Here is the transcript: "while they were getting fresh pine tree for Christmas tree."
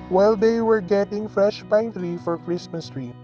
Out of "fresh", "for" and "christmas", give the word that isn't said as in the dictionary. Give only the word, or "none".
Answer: none